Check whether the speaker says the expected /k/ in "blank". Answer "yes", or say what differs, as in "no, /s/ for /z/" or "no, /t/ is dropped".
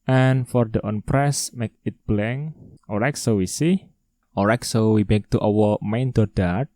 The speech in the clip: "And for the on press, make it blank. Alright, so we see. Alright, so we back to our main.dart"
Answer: no, /k/ is dropped